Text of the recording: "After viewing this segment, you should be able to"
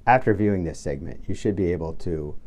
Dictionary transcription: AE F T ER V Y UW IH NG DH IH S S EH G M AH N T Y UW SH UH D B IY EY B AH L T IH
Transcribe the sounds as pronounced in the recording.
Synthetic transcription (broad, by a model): AE F T ER V Y UW IH NG DH IH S S EH G M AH N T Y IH SH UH D B IY EY B L T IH